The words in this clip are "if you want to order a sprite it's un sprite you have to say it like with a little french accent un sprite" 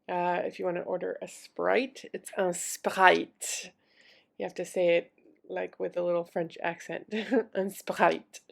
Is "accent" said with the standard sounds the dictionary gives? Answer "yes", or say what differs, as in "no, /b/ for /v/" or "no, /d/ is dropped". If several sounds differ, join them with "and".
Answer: yes